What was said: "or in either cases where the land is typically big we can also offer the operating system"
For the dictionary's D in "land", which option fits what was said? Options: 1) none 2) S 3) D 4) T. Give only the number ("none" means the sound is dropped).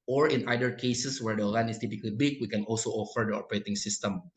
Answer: 1